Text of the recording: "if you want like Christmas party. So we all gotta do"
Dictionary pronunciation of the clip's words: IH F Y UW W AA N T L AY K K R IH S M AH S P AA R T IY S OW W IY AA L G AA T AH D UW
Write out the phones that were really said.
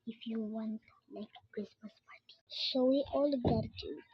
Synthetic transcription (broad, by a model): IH F Y UW W AA N T L AY K K R IH S M AH S P AA R T IY SH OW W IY AA L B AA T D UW